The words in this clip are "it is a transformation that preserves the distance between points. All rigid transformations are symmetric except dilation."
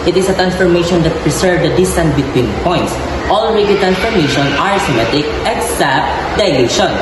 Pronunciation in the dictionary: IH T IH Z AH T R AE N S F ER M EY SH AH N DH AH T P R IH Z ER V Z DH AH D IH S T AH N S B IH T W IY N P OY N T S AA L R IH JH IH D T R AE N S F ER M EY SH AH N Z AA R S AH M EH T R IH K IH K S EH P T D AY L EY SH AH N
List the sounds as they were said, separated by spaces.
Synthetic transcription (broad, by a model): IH T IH S AH T R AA N S F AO M EY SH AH N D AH T P R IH S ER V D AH D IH S T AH N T B IH T W IY N P OY N T S AA L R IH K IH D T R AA N S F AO M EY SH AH N AA R S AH M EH T IH K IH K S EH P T D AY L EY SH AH N